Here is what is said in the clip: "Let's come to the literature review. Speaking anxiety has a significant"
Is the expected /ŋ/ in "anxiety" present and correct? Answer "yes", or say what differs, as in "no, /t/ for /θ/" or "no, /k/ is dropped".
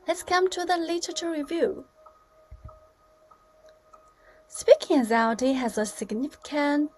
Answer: no, /ŋ/ is dropped